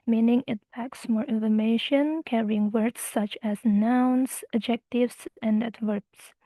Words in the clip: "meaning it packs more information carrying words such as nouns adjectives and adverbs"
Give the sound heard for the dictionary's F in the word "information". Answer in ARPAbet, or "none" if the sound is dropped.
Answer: F